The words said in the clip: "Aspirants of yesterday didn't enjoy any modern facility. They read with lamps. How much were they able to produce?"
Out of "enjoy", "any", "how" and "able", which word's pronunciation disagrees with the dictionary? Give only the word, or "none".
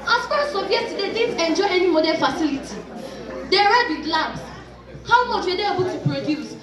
none